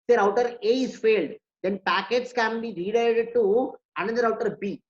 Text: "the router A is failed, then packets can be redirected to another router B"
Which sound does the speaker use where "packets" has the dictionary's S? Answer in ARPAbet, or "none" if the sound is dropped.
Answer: S